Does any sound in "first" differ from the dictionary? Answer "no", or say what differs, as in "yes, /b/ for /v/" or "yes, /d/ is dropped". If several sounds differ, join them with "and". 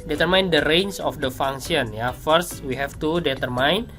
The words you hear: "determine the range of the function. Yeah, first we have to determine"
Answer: no